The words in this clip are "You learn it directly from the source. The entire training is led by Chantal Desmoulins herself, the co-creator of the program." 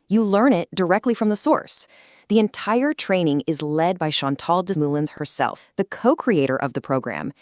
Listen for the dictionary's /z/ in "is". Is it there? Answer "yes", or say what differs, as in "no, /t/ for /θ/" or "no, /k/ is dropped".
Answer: yes